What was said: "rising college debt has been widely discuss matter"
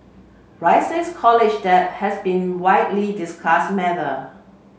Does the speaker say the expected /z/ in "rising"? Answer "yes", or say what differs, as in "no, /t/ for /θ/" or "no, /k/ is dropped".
no, /s/ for /z/